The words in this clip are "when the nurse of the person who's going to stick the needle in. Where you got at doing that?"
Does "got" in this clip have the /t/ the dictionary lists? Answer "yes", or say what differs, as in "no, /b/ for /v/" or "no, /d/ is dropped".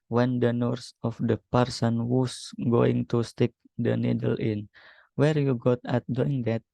yes